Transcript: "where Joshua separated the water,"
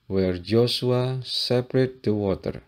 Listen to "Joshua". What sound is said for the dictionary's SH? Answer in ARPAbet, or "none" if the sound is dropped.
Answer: S